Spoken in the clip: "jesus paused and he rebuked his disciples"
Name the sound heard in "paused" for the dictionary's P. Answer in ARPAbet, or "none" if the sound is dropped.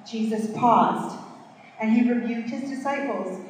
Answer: P